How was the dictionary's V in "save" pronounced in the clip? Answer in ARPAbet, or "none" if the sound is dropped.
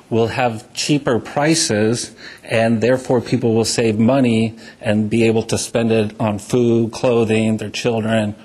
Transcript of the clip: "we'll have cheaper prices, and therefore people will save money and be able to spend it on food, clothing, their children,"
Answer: V